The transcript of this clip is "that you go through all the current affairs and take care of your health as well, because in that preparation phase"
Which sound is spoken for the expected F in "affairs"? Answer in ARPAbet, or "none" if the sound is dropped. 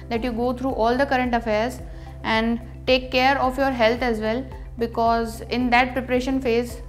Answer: F